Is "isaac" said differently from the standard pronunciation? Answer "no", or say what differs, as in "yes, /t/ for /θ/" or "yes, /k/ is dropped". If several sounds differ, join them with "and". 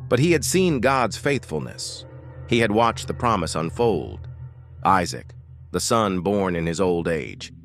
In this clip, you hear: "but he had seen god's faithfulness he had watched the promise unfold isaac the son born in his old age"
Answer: no